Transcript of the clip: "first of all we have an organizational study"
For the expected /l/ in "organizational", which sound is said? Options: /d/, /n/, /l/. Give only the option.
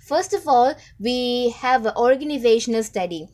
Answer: /l/